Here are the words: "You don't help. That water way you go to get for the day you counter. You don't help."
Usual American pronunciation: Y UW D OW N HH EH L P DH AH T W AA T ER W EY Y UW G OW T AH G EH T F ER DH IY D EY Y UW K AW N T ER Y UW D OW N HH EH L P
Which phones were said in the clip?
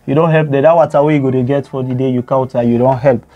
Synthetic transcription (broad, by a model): Y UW D OW N HH EH L P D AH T W AA T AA W EY Y UW G OW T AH G EH T F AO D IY D EY Y UW K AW T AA Y UW D OW N HH EH L P